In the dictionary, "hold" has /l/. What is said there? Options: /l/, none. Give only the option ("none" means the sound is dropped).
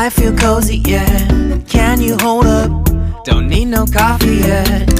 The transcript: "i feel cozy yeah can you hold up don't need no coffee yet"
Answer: /l/